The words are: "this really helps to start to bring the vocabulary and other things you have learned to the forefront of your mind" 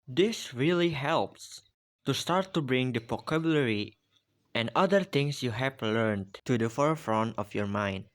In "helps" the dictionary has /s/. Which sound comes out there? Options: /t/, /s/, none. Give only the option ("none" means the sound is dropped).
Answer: /s/